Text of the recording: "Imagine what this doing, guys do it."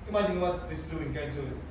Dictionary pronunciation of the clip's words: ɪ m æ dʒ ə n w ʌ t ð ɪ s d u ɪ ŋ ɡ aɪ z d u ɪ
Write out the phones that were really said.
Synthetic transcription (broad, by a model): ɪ m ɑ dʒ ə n w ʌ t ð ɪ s d u ɪ ŋ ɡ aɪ d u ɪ